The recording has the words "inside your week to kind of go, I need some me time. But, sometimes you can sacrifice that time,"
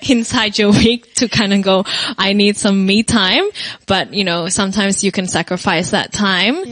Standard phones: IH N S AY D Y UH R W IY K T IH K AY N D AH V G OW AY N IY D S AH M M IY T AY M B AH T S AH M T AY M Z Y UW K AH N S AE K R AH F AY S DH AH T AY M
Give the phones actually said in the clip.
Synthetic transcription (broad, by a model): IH N S AY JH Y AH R W IY K T IH K AY N D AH G OW AY N IY D S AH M M IY T AY M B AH T S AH M T AY M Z Y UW K AH N S AE K R AH F AY S DH AH T AY M